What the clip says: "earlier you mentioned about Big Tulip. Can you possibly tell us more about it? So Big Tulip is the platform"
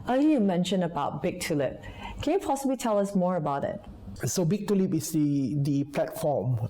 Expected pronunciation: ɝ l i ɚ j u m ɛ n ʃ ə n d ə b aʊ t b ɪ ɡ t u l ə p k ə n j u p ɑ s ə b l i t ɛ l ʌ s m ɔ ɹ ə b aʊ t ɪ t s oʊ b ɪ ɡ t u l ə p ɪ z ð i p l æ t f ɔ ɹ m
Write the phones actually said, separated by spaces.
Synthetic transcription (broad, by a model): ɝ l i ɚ j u m ɛ n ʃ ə n ə b aʊ t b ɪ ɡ t u l ə p k ə n j u p ɑ s ə b l i t ɛ l ʌ s m ɔ ɹ ə b aʊ t ɪ t s oʊ b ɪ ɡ t u l ə p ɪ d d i p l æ t f ɔ m